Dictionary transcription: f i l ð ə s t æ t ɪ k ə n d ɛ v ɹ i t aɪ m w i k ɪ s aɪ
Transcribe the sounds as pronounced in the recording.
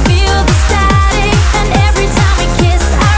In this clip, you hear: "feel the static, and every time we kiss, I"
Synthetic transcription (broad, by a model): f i l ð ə s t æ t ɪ ə n ɛ v ɹ i t aɪ m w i k ɪ s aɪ